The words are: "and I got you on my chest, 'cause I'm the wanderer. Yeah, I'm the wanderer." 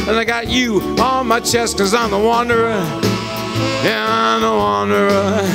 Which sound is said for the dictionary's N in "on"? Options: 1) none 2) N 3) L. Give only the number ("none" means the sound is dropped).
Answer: 3